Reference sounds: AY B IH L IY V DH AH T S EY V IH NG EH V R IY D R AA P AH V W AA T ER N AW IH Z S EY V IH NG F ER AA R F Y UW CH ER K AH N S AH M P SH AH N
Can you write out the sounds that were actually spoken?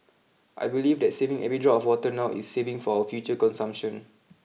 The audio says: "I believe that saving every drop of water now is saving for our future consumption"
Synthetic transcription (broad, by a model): AY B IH L IY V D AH T S EY V IH NG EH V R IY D R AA AH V W AA T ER N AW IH S EY V IH NG F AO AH F Y UW CH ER K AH N S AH M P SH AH N